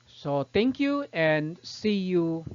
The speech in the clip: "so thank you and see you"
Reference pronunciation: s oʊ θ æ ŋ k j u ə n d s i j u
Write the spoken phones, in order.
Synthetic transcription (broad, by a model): s oʊ t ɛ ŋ k j u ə n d s i j u